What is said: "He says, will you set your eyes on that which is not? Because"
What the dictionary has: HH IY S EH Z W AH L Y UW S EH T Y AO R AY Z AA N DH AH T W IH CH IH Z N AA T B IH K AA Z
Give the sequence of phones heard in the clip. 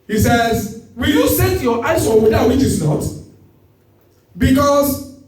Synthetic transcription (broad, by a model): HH IY S EH Z W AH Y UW S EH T Y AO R AY S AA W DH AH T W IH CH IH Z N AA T B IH K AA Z